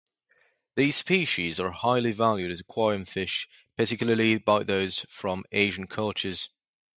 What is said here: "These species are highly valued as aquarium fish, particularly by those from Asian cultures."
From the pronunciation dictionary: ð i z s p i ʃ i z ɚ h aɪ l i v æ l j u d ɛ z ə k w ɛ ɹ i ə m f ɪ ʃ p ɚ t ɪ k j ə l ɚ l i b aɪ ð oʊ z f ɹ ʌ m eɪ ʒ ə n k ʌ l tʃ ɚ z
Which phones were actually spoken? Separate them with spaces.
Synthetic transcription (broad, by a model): ð i z s p i ʃ i z ɚ h aɪ l i v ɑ l j u d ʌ z ə k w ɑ i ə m f ɪ ʃ p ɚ t ɪ k j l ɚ l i b aɪ ð oʊ z f ɹ ʌ m eɪ ʒ ə n k ʌ l tʃ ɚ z